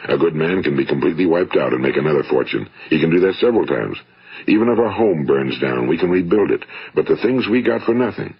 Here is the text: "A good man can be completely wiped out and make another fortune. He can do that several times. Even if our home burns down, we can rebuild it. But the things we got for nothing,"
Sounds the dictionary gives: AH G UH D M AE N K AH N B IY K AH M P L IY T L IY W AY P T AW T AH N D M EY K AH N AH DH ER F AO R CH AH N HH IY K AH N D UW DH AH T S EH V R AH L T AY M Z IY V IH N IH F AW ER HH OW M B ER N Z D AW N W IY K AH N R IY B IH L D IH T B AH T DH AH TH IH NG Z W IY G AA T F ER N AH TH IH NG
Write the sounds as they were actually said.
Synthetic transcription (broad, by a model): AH G UH D M AE N K AH N B IY K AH M P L IY T L IY W AY P T AW T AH N M EY K AH N AH DH ER F AO R CH AH N HH IY K AH N D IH DH AH T S EH V R L T AY M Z IY V IH N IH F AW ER HH OW M B ER N Z D AW N W IY K AH N R IY B IH L D IH T B AH T DH AH TH IH NG Z W IY G AA T F ER N AH TH IH NG